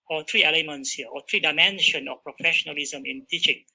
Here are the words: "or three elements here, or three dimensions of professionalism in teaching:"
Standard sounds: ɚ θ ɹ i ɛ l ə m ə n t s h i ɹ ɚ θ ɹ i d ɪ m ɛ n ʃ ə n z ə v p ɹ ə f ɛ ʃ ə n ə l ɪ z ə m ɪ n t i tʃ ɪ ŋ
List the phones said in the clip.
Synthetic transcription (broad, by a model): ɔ t ɹ i ɛ l ə m ə n t s h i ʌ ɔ t ɹ i d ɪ m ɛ n ʃ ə n ə f p ɹ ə f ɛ ʃ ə n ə l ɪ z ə m ɪ n t i tʃ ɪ ŋ